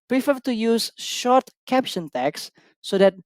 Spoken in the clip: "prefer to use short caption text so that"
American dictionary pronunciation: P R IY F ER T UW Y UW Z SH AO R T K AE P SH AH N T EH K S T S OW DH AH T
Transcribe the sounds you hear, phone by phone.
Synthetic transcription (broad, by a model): P R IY F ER T UW Y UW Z SH AO R T K AE P SH AH N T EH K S S OW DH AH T